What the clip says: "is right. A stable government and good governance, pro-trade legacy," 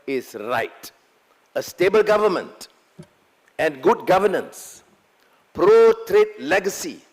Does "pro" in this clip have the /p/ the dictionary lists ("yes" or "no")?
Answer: yes